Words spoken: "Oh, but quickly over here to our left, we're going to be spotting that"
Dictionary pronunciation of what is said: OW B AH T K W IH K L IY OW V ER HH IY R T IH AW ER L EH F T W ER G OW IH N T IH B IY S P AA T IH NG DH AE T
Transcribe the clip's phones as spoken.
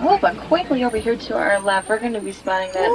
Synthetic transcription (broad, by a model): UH B AH T K W IH K L IY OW B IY HH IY R T IH AW ER L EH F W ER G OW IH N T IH B IY S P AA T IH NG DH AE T